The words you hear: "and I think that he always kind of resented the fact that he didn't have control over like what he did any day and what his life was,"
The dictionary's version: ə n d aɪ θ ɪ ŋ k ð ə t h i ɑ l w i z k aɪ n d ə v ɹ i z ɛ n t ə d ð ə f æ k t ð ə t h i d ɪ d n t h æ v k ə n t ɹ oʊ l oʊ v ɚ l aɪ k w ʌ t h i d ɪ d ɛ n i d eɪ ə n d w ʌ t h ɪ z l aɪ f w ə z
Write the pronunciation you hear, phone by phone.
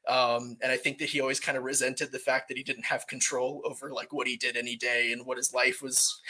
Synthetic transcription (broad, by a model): ə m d aɪ θ ɪ ŋ k ð ə t h i ɑ l w i z k aɪ n d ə ɹ i z ɛ n t ə d ð ə f æ k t ð ə t h i d ɪ d n t h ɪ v k n t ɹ oʊ l oʊ v ɚ l aɪ k w ʌ t h i d ɪ d ɛ n i d eɪ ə n w ʌ t h ɪ z l aɪ f w ə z